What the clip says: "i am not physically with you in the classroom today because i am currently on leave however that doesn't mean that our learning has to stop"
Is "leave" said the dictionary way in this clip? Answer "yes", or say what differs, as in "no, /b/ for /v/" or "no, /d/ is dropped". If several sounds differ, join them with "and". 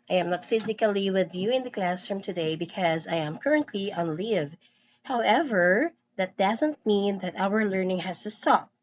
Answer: yes